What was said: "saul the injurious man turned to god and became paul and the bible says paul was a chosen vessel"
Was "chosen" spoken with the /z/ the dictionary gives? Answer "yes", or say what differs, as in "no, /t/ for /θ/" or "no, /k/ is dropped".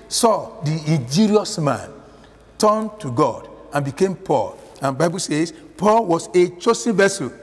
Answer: no, /s/ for /z/